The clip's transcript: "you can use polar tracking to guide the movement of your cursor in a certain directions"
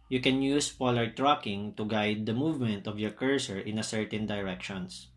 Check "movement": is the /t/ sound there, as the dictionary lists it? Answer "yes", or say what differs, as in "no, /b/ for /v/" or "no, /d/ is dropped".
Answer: yes